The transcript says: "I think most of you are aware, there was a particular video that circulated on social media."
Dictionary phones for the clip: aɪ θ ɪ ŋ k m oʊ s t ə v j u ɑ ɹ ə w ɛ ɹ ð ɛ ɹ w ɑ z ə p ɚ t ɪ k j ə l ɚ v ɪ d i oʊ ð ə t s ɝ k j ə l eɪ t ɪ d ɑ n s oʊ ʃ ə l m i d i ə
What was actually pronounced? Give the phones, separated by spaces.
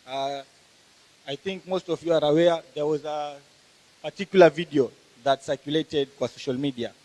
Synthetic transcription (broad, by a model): aɪ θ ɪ ŋ k m oʊ s t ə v j u ɑ ɹ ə w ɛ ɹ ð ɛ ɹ w ɑ z ə p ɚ t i k j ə l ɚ v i d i oʊ ð ə t s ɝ k j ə l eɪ t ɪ d ɑ s oʊ ʃ ə l m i d i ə